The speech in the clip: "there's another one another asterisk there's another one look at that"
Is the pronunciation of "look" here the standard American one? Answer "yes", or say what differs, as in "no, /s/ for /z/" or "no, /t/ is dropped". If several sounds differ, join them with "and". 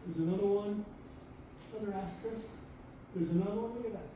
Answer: no, /w/ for /l/ and /k/ is dropped